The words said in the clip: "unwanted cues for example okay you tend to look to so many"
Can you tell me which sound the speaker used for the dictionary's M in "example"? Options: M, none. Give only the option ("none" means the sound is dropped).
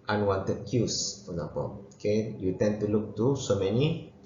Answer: none